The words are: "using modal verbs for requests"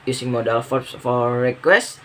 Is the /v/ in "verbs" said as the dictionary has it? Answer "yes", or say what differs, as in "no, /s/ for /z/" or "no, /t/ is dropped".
no, /f/ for /v/